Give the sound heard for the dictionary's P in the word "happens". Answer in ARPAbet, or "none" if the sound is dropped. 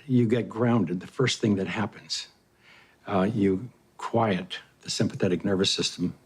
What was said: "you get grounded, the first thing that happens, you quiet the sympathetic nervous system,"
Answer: P